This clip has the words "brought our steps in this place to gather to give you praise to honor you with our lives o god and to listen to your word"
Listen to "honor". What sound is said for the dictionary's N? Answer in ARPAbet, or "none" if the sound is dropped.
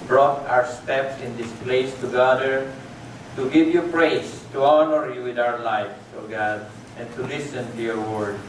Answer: N